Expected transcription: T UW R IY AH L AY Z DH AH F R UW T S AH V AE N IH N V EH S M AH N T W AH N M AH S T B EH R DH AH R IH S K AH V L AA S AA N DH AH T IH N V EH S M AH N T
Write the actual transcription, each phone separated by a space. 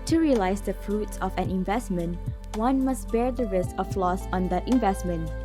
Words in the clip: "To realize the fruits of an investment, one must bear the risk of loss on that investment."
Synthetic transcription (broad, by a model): T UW R IY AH L AY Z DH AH F R UW T S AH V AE N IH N V EH S M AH N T W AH N M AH S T B EH R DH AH R IH S K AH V L AA S AA N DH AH T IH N V EH S M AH N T